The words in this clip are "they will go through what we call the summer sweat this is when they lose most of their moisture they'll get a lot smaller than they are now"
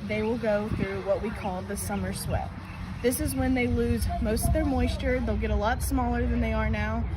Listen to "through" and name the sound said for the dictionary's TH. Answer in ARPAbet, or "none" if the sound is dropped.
TH